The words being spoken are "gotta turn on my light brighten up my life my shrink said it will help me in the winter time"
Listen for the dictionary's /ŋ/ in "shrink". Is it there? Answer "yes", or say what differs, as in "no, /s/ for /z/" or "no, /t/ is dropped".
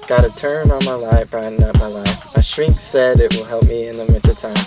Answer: yes